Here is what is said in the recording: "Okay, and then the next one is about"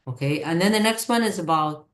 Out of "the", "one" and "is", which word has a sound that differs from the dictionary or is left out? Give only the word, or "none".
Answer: none